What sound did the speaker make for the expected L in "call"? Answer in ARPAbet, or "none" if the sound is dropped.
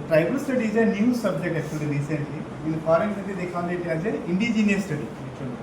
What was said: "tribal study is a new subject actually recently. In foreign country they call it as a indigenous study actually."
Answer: N